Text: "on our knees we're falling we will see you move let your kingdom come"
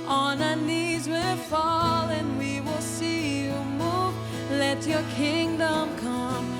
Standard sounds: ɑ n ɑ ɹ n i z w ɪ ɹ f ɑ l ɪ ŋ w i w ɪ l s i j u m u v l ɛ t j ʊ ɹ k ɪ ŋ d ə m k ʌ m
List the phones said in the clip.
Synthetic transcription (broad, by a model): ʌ n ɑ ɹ n i z w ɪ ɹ f ɑ l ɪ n w i w ɪ l s i j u m u v l ɛ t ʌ ɹ k ɪ ŋ d ə m k ʌ m